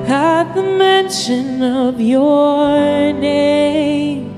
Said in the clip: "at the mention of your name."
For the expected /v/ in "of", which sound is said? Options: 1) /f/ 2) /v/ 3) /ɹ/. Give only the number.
2